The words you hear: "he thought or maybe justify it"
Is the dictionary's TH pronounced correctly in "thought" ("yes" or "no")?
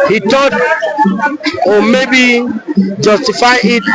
no